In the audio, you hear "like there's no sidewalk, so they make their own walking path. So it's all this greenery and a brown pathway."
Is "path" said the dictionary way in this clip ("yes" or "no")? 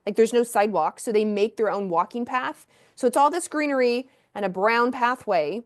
yes